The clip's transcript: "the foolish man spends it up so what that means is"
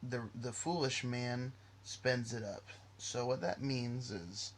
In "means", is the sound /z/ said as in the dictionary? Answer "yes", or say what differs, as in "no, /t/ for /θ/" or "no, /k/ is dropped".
yes